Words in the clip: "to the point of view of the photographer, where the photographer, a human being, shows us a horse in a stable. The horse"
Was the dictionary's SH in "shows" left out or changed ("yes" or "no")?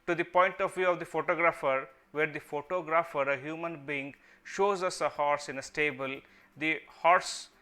no